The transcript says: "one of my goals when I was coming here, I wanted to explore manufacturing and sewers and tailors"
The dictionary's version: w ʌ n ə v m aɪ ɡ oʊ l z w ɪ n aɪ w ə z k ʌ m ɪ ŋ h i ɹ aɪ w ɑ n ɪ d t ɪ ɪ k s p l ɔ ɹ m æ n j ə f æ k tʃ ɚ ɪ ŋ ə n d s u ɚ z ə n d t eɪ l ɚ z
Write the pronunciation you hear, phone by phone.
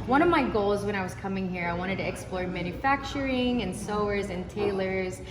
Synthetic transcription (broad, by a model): w ʌ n ə v m aɪ ɡ oʊ l z w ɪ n aɪ w ə z k ʌ m ɪ ŋ h i ɹ aɪ w ɑ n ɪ d t ɪ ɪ k s p l ɔ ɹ m æ n j ə f æ k tʃ ɚ ɪ ŋ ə n s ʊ ɚ z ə n t eɪ l ɚ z